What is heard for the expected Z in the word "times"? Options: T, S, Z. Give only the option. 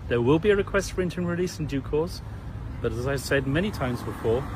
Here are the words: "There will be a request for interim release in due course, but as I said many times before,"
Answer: Z